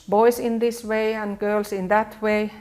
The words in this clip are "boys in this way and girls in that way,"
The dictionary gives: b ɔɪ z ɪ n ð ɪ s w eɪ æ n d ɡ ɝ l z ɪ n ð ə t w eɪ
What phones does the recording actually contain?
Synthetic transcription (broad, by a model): b ɔɪ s ɪ n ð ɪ s w eɪ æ n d ɡ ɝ l s ɪ n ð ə t w eɪ